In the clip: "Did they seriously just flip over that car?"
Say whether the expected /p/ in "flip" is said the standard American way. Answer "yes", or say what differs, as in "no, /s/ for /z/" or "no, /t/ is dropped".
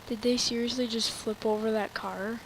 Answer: yes